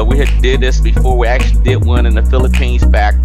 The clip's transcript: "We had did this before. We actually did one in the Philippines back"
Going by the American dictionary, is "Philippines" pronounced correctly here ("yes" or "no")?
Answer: yes